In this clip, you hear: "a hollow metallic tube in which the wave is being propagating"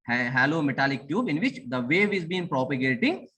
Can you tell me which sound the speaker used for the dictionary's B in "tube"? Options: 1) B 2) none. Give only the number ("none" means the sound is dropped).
1